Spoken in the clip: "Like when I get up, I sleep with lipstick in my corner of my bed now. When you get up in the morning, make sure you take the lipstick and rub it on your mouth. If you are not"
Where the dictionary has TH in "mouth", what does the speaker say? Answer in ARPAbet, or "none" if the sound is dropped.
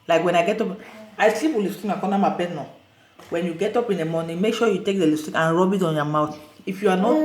T